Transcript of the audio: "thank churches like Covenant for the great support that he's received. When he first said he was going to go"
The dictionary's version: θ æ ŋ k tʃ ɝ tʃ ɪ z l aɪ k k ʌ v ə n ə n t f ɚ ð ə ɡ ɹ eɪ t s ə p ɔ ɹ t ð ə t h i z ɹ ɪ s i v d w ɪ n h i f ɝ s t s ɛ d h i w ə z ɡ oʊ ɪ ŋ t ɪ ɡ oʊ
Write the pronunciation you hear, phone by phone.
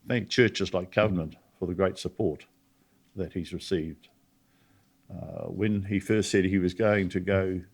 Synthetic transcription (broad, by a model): θ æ ŋ k tʃ ɝ tʃ ɪ z l aɪ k k ʌ v ə n ə n t f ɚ ð ə ɡ ɹ eɪ t s ə p ɔ ɹ t ð ə t h i z ɹ ɪ s i v d w ɪ n i f ɝ s t s ɛ d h i w ə z ɡ oʊ ɪ ŋ t ɪ ɡ oʊ